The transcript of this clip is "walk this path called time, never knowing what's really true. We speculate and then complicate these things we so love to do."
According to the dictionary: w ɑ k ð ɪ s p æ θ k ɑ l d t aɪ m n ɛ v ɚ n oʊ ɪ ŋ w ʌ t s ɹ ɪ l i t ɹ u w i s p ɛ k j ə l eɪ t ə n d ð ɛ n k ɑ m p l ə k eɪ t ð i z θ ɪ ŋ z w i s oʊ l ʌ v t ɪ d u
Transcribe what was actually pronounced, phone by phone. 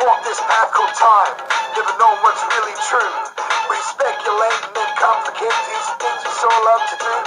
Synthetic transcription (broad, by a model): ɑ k ð ɪ s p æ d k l t aɪ m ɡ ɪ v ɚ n oʊ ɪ w ʌ t s ɹ ɪ l i t ɹ u w i s p ɛ k j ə l eɪ ə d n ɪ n k ɑ m p l ə k eɪ t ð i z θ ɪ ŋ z s oʊ l ʌ v t ɪ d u